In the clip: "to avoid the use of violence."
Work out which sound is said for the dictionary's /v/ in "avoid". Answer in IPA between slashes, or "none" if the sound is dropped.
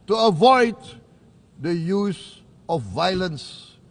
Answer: /v/